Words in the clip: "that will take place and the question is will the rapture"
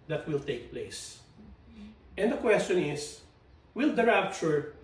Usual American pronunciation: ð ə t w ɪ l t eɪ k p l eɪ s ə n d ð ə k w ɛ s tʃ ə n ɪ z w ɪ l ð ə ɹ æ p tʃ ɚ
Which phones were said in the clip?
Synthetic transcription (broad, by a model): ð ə t w ɪ l t eɪ k p l eɪ s ə n d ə k w ɛ s tʃ ə n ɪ s w ɪ l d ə ɹ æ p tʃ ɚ